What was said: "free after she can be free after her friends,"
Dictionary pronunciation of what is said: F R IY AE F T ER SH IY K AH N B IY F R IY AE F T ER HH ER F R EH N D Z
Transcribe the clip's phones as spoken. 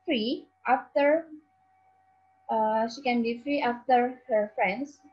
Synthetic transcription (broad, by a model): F R IY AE F T ER SH IY K AH N B IY F R IY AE F T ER HH ER F R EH N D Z